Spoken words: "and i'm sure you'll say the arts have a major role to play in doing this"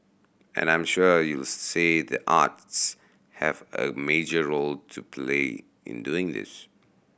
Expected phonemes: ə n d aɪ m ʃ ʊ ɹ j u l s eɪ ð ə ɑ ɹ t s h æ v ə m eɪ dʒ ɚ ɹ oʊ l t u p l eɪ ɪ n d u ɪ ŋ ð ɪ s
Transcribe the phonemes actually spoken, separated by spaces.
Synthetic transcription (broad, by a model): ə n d aɪ m ʃ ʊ j u l s eɪ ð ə ɑ t s h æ v ə m eɪ dʒ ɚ ɹ oʊ l t u p l eɪ ɪ n d u ɪ ŋ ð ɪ s